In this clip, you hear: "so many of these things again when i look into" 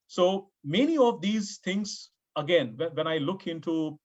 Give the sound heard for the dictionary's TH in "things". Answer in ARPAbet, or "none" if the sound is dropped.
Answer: T